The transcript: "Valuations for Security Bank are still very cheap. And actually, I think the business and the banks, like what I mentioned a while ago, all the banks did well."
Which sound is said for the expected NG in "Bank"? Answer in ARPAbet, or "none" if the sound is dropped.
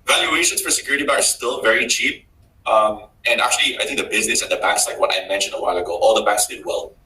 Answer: none